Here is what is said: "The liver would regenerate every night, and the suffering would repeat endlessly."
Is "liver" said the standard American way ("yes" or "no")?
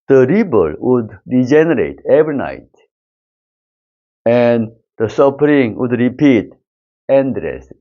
no